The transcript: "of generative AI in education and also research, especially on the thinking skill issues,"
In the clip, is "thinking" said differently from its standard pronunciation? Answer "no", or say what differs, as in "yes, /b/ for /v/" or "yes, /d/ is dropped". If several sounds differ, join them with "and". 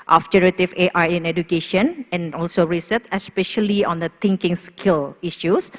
yes, /t/ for /θ/